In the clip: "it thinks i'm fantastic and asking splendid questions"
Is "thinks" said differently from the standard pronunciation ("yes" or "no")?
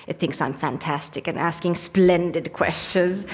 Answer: no